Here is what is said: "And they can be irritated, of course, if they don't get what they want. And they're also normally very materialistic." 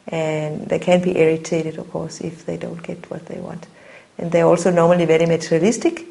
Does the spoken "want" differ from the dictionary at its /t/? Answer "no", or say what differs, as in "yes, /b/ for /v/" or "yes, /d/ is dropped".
no